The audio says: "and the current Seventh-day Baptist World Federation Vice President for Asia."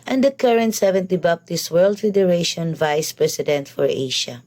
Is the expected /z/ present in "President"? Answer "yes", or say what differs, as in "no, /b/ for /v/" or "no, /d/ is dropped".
no, /s/ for /z/